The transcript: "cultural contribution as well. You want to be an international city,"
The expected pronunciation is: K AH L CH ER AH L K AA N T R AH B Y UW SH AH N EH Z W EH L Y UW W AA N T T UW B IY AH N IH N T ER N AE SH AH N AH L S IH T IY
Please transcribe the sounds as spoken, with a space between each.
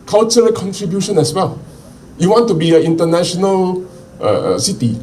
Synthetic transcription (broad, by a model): K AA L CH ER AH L K AA N T R AH B Y UW SH AH N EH S W EH L Y UW W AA N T T UW B IY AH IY N T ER N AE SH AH N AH L S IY T IY